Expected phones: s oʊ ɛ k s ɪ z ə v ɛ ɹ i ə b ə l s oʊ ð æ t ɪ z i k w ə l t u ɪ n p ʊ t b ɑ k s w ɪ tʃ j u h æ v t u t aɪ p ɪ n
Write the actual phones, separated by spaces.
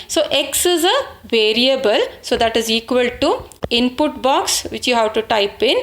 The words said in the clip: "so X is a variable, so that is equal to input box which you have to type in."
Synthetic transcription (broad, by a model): s oʊ ɛ k s ɪ z ə v ɛ ɹ i ə b ə l s oʊ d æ t ɪ z i k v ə l t u ɪ n p ʊ t b ɑ k s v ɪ tʃ j u h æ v t u t aɪ p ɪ n